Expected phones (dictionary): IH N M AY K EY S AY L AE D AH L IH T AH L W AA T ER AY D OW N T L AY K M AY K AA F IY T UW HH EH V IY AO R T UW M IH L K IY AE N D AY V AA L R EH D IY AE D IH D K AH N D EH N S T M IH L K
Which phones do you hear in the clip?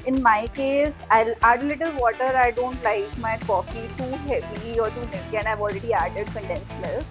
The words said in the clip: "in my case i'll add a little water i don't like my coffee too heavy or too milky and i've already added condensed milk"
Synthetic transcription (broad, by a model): IH N M AY K EY S AY L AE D AH L IH T AH L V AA T ER AY D OW N T L AY K M AY K AA F IY T UW HH EH V IY AO R T UW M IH K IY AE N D AY V AA L R EH D IY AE D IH D K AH N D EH N S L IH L